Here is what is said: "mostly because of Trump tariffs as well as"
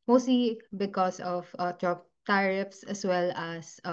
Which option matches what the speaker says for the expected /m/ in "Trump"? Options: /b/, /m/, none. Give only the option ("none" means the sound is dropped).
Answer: none